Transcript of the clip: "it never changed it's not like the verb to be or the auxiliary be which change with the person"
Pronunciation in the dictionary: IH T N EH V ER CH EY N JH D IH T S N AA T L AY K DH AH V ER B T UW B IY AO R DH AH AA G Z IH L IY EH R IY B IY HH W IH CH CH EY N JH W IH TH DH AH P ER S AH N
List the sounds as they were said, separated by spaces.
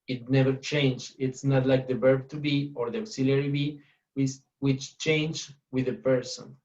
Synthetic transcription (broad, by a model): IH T N EH V ER CH EY N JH IH T S N AA T L AY K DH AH B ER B T UW B IY AO R DH AH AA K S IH L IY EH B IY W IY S W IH CH CH EY N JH W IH DH AH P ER S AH N